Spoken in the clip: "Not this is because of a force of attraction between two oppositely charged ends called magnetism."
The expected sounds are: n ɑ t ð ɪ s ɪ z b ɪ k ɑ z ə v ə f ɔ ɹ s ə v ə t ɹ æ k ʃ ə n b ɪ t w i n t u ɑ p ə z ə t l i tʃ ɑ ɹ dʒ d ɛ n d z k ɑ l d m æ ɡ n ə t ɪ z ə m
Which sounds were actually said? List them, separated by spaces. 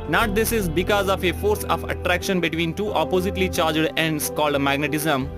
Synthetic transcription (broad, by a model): n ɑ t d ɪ s ɪ z b ɪ k ɑ z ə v ə f ɔ ɹ s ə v ə t ɹ æ k ʃ ə n b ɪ t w i n t u ɑ p ə z ə t l i tʃ ɑ ɹ dʒ d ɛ n d s k ɑ l d m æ ɡ n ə t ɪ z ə m